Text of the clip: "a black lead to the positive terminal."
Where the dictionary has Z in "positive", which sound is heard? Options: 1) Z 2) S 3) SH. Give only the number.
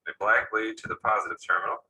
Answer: 1